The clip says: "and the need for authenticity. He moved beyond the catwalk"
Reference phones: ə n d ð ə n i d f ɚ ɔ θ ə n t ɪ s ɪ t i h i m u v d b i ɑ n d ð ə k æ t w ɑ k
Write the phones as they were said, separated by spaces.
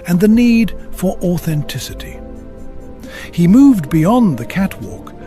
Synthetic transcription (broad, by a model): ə n ð ə n i d f ɚ ɔ θ ə n t ɪ s ɪ t i h i m u v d b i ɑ n ð ə k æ t w ɑ k